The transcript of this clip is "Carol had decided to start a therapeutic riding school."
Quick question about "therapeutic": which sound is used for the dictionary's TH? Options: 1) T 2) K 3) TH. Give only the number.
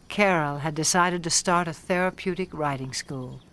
3